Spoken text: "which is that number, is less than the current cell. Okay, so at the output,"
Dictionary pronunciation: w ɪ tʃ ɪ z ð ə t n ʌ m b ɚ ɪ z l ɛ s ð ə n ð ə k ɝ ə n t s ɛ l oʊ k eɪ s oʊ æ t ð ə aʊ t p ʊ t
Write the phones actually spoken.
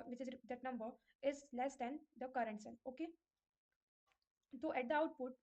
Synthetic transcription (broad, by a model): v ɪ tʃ ɪ z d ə t n ʌ m b ɚ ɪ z l ɛ s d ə n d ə k ɝ ə n t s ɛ n oʊ k eɪ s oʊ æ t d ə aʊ t p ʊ t